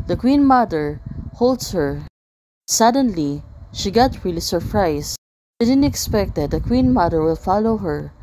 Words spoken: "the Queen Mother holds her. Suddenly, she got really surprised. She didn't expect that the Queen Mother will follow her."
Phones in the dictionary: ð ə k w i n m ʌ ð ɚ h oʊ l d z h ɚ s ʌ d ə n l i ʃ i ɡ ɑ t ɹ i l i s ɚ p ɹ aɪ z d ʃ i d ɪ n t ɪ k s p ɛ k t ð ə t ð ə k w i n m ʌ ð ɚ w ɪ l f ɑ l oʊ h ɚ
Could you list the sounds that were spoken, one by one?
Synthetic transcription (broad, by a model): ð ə k w i n m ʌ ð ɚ h oʊ l d s h ɚ s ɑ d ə n l i ʃ i ɡ ɑ t ɹ i l i s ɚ p ɹ aɪ s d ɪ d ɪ n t ɪ k s p ɛ k t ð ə t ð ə k w i n m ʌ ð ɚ w ɪ l f ɑ l oʊ h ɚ